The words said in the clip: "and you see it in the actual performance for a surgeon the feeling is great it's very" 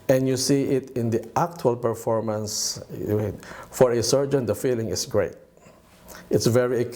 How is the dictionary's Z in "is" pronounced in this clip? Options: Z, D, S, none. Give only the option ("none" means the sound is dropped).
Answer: S